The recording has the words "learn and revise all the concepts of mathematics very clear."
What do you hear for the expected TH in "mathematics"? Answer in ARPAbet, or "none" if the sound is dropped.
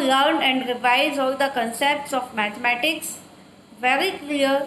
T